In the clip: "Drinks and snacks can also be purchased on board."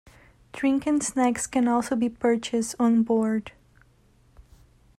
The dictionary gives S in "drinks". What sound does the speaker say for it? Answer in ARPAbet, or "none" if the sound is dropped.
none